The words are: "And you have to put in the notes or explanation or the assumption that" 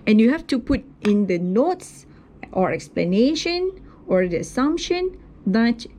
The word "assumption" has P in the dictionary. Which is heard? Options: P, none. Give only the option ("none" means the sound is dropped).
P